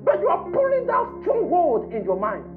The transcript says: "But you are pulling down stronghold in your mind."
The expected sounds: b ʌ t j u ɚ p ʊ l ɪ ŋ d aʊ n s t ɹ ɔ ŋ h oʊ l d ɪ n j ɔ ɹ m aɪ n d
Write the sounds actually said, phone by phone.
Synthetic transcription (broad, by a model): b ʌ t j u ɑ p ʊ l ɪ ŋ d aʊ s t ɔ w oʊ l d ɪ n j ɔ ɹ m aɪ n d